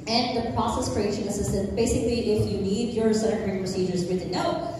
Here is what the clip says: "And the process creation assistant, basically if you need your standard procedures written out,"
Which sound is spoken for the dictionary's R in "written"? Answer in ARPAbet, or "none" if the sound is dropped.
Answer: W